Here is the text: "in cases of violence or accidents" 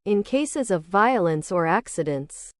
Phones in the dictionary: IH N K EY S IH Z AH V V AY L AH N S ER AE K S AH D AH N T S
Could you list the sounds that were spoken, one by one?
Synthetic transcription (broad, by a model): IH N K EY S IH Z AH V V AY L AH N S ER AE K S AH D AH N T S